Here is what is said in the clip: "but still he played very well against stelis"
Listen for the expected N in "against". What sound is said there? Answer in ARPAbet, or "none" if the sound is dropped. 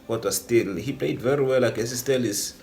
none